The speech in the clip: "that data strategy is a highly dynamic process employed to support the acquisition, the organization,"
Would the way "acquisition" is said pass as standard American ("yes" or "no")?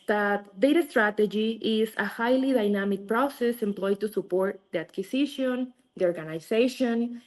no